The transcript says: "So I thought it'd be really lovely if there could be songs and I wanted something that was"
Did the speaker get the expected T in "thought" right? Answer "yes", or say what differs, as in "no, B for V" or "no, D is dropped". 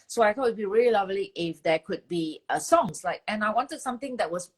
no, T is dropped